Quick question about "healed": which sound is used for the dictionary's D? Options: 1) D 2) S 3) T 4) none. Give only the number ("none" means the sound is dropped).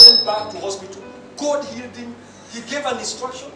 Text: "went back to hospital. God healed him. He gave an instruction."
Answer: 1